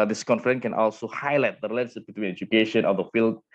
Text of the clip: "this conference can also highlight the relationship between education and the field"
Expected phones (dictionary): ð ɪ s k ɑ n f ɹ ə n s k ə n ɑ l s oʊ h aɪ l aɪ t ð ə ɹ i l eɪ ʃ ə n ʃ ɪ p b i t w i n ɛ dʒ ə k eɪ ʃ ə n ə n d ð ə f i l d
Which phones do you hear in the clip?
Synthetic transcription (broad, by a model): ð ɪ s k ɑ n f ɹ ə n k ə n ɑ l s oʊ h aɪ l aɪ t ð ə ɹ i l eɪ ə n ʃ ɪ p b i t w i n ɛ dʒ ə k eɪ ʃ ə n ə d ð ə f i l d